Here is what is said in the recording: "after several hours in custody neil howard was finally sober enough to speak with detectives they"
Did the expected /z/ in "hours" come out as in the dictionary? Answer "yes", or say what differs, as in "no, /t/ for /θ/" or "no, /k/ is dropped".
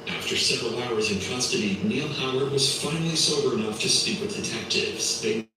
yes